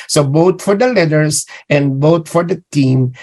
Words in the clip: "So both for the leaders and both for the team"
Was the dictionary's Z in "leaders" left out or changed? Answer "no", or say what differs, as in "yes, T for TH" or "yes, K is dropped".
yes, S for Z